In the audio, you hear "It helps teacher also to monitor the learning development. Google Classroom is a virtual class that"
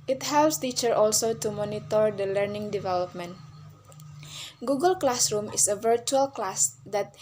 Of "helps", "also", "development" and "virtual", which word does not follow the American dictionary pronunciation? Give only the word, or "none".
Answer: none